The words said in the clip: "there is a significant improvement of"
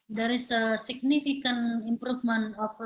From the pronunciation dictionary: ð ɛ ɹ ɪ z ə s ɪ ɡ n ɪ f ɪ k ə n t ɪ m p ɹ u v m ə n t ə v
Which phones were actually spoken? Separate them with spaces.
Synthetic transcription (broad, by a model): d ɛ ɹ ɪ s ə s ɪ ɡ n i f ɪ k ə n ɪ m p ɹ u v m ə n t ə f